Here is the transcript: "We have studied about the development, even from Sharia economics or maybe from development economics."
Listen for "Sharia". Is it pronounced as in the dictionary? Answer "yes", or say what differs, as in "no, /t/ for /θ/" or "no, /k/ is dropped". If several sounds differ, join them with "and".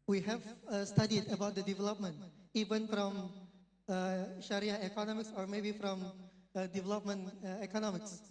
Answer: yes